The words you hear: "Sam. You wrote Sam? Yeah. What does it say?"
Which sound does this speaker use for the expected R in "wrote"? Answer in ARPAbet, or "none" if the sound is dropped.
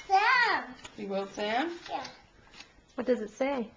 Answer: W